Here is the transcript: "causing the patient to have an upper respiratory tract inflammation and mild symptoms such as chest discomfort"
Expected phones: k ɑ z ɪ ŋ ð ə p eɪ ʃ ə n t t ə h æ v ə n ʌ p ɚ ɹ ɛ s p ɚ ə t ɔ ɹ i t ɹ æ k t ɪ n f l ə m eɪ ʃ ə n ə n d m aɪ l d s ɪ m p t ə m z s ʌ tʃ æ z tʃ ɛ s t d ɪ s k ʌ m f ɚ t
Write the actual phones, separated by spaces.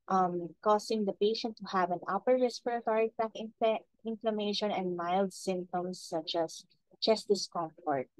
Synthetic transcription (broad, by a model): k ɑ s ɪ ŋ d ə p eɪ ʃ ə n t t ə h æ v ə n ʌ p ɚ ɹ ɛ s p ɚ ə t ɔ ɹ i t æ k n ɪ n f l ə m eɪ ʃ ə n ə n d m aɪ l d s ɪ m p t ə m s ʌ tʃ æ s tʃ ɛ s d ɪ s k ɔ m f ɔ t